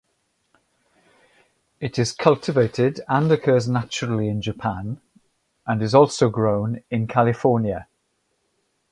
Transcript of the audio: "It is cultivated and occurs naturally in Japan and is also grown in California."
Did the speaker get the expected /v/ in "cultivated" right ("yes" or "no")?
yes